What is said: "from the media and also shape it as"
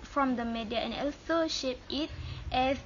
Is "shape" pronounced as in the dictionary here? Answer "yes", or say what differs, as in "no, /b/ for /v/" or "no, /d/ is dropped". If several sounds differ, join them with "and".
yes